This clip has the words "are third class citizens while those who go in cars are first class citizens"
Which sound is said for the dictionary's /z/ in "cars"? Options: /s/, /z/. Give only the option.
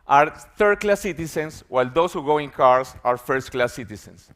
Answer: /s/